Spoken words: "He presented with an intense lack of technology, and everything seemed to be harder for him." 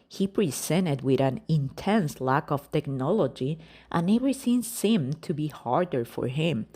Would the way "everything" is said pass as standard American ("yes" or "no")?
no